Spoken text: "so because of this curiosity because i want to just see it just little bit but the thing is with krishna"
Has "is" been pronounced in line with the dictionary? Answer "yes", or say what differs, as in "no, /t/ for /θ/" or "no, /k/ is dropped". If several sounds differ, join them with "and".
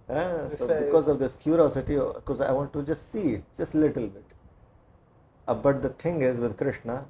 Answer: yes